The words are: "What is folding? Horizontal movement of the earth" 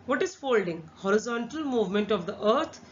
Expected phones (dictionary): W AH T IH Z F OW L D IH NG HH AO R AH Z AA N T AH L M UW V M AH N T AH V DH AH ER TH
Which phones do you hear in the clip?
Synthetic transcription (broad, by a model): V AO T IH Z F OW L D IH NG HH AO R AH Z AA N T AH L M UW V M AH N T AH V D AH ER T